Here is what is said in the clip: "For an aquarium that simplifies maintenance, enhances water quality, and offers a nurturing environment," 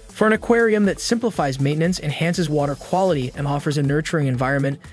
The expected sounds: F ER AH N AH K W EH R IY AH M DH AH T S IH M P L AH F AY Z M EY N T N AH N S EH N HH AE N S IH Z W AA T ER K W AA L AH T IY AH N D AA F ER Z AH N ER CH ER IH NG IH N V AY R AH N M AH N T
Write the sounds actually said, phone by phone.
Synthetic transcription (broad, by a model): F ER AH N AH K W EH R IY AH M DH AH T S IH M P L AH F AY Z M EY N N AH N S EH N HH AE N S IH Z W AA T ER K W AA L AH T IY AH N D AA F ER Z AH N ER CH ER IH NG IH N V AY R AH N M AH N T